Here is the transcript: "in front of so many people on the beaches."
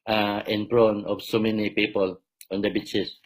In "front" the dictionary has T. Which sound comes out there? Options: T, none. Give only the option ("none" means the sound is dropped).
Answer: none